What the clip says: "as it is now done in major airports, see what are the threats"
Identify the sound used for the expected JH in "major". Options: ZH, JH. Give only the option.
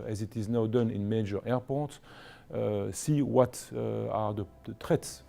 JH